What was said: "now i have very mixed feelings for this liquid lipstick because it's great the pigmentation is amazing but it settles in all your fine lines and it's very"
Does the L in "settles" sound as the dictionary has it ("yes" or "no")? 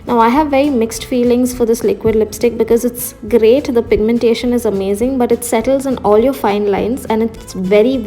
yes